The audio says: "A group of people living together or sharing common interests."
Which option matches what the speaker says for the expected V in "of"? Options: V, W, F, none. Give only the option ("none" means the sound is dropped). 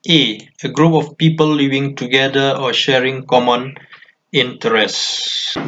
F